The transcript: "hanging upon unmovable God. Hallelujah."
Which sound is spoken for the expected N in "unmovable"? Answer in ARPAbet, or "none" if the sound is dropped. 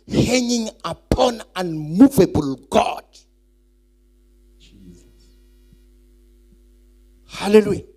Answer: N